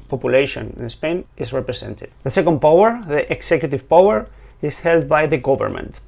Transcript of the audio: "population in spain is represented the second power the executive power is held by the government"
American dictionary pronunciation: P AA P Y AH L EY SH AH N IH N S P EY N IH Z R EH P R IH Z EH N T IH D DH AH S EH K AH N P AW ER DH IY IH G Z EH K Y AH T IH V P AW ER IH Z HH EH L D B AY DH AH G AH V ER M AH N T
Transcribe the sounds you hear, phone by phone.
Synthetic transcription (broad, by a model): P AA P Y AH L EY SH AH N IH N S P EY N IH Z R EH P R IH S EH N T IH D DH AH S EH K AH N P AW ER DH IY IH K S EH K Y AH T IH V P AW ER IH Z HH EH L D B AY DH AH G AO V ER M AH N T